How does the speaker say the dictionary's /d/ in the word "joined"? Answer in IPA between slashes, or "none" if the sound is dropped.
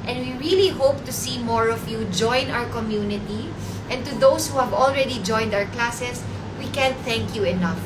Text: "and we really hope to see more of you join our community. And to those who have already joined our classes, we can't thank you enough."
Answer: /d/